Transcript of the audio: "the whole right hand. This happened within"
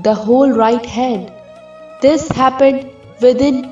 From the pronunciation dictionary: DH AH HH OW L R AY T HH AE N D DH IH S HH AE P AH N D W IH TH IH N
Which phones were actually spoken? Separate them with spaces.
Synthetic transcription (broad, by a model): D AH HH OW L R AY T HH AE D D IH S HH AE P AH N D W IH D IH N